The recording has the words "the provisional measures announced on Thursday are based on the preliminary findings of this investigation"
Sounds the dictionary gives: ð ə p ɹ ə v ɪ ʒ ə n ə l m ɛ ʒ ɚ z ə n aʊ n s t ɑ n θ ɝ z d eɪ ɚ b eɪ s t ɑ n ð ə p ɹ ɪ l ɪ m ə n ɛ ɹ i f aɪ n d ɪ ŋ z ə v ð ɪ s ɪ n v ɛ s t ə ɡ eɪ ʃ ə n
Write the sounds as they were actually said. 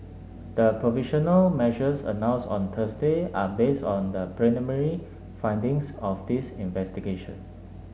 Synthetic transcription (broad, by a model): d ə p ɹ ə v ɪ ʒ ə n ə l m ɛ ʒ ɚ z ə n aʊ n s ɑ n t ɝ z d eɪ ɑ b eɪ s t ɑ n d ə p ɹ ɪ n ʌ m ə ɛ ɹ i f aɪ n d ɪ ŋ s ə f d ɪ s ɪ n v ɛ s t ə ɡ eɪ ʃ ə n